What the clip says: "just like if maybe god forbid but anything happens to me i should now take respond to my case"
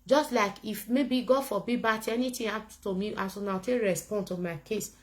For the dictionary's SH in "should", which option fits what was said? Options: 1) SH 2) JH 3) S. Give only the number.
3